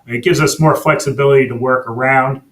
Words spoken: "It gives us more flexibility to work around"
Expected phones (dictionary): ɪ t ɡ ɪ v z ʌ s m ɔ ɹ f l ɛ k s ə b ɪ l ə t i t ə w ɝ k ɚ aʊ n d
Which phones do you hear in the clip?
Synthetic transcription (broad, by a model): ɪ t ɡ ɪ v z ʌ s m ɔ ɹ f l ɛ k s ə b ɪ l ə t i t ə w ɝ k ɚ aʊ n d